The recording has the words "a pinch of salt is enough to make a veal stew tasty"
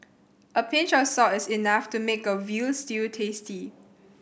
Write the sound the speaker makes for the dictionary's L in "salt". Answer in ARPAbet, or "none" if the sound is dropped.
none